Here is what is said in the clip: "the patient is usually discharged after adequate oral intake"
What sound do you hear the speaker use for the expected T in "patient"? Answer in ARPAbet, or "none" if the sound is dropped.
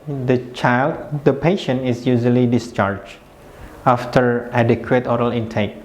none